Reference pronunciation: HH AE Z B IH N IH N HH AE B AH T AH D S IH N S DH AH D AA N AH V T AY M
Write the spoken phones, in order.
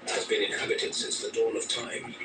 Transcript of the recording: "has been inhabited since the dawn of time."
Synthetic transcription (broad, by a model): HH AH Z B IH N IH N HH AE B AH T AH D S IH N S DH AH D AA L AH V T AY M